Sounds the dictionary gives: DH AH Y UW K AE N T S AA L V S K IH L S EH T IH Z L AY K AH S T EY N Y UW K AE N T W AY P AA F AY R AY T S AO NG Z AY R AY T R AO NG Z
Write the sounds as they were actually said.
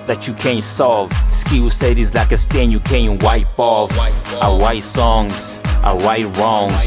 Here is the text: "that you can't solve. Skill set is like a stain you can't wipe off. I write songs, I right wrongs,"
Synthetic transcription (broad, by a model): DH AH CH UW K AE N T S AA L V S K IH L S EH T IH Z L AY K AH S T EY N Y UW K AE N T W AY P AA F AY W AY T S AO NG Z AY W AY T R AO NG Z